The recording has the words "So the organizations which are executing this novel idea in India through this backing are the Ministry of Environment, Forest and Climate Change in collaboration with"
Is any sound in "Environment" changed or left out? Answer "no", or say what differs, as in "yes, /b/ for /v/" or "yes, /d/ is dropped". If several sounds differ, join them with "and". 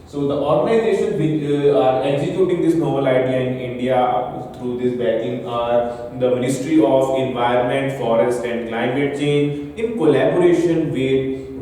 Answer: no